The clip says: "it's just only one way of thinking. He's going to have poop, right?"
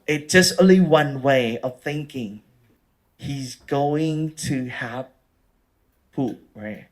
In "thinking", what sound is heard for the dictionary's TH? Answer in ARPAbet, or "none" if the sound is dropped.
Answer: TH